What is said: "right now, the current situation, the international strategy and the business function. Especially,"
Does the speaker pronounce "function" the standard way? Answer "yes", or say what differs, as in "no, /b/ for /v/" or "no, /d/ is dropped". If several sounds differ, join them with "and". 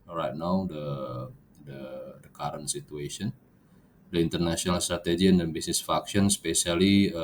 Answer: no, /ŋ/ is dropped